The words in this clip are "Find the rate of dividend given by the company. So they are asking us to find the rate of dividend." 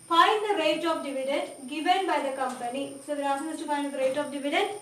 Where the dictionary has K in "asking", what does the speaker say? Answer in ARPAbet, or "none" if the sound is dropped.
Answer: none